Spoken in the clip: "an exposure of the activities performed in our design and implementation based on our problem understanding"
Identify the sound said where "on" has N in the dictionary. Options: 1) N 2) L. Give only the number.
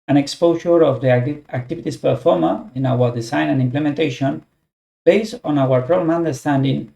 1